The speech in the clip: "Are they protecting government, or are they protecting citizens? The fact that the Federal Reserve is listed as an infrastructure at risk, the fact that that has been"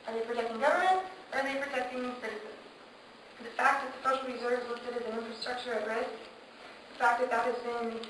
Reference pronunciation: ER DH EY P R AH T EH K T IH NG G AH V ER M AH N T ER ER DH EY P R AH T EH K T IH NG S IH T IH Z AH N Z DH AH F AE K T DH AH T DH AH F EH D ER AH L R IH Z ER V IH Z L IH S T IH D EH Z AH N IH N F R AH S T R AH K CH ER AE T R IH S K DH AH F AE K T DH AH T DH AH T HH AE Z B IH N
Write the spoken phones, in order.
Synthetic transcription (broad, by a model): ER DH EY P R AH T EH K T IH NG G AH V ER M AH N T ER ER DH EY P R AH T EH K T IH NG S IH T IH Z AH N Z DH AH F AE K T DH AH T DH AH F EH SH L R IH Z ER V Z W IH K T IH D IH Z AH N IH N F R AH S T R AH K CH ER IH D R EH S DH AH F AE K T DH AH T DH AH T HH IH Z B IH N